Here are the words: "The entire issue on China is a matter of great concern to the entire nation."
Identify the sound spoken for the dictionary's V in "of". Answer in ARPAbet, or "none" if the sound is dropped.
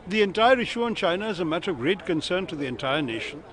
V